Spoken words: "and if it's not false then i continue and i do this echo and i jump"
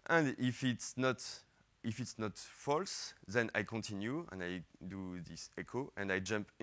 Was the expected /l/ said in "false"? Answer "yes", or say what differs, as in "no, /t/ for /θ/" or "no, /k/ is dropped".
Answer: yes